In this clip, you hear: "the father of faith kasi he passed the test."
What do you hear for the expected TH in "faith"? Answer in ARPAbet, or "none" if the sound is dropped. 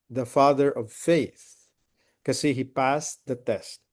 TH